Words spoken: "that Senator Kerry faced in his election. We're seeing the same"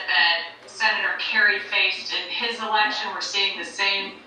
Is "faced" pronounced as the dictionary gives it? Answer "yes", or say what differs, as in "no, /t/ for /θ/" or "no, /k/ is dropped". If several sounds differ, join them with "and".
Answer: yes